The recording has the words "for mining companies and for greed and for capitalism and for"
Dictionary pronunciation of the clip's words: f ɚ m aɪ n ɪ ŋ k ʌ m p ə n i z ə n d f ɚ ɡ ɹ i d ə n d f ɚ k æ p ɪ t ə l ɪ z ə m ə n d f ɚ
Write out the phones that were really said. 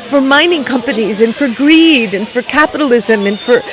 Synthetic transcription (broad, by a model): f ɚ m aɪ n ɪ ŋ k ʌ m p ə n i z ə n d f ɚ ɡ ɹ i d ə n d f ɚ k æ p ɪ t ə l ɪ z ə m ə n f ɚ